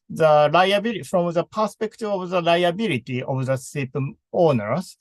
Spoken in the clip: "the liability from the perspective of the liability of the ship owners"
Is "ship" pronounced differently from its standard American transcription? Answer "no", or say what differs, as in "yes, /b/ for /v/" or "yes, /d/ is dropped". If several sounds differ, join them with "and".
yes, /s/ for /ʃ/